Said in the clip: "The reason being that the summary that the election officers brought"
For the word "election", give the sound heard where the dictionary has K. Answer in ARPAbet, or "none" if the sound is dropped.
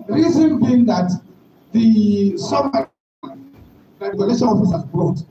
none